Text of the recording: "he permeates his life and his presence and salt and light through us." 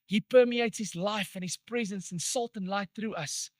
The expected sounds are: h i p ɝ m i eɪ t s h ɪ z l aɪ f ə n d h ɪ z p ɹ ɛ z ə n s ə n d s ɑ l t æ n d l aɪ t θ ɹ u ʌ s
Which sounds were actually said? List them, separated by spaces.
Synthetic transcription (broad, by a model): h i p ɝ m i eɪ t s h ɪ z l aɪ f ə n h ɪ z p ɹ ɛ z ə n s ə n s ɑ l t n l aɪ t θ ɹ u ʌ s